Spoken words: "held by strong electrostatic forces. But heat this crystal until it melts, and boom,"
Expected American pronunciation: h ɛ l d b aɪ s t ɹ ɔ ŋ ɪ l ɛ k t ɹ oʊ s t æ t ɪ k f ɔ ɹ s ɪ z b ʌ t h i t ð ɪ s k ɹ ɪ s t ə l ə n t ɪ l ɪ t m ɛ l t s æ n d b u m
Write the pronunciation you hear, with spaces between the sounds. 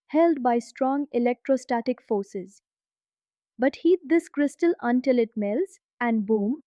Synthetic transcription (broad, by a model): h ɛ l d b aɪ s t ɹ ɔ ŋ ɪ l ɛ k t ɹ oʊ s t æ t ɪ k f ɔ ɹ s ɪ z b ʌ t h i t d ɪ s k ɹ ɪ s t ə l ə n t ɪ l ɪ t m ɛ l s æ n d b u m